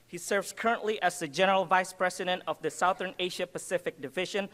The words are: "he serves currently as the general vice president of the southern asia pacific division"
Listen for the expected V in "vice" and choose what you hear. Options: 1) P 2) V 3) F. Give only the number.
2